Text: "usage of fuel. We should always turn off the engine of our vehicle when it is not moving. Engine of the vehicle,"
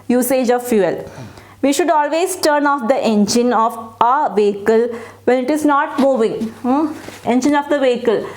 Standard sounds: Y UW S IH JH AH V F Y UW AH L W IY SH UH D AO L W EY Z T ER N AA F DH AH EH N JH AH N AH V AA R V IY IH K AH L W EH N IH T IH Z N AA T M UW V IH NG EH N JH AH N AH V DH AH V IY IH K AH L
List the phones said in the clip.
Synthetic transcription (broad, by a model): Y UW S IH JH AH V F Y UW AH L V IY SH UH D AO L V EY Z T ER N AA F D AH EH N JH AH N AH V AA V IY IH K AH L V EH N IH T IH Z N AA T M UW V IH NG EH N JH AH N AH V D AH V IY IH K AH L